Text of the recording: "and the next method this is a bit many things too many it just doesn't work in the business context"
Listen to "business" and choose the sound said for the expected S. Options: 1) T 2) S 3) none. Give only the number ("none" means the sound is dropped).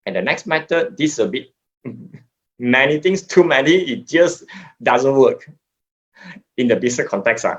3